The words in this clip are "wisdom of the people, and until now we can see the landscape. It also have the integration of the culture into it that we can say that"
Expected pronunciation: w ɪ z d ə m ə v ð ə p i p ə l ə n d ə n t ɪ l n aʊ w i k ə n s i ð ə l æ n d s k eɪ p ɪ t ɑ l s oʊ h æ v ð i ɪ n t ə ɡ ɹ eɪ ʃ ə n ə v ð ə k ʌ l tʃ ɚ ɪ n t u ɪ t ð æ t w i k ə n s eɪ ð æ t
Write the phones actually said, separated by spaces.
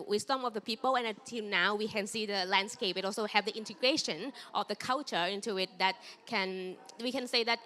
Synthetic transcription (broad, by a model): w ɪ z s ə m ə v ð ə p i p ə l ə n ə t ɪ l n aʊ w i k ə n s i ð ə l æ n d s k eɪ p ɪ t ɑ l s oʊ h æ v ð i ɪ n t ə ɡ ɹ eɪ ʃ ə n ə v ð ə k ʌ l tʃ ɚ ɪ n t u ɪ t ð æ t w i k ə n s eɪ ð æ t